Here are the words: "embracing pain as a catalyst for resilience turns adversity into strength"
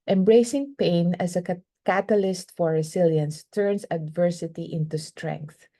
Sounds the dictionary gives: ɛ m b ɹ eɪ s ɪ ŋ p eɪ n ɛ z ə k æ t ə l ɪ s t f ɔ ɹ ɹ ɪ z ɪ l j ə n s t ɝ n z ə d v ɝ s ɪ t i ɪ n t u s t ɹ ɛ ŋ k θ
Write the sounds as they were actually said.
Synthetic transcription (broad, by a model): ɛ m b ɹ eɪ s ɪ ŋ p eɪ n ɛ s ə k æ t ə l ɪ s t f ɔ ɹ ɹ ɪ s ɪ l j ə n s t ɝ n s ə d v ɝ s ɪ t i ɪ n t u s t ɹ ɛ ŋ k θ